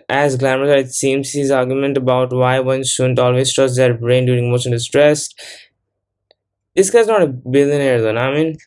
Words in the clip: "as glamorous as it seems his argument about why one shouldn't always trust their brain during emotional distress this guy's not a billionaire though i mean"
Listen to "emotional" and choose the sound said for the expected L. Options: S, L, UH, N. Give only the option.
N